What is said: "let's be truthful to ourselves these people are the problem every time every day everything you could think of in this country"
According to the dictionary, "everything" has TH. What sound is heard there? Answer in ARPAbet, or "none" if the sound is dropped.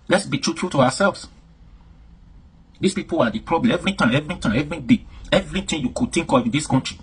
T